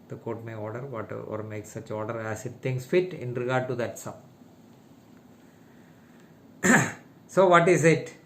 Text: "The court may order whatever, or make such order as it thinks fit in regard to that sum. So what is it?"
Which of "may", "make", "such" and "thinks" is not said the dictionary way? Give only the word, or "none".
thinks